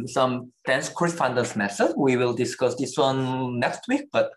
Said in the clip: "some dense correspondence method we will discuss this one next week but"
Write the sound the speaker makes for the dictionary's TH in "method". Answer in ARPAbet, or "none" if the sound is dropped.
S